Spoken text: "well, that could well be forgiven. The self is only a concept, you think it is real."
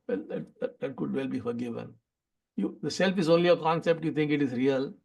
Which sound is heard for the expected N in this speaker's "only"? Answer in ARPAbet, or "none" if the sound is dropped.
N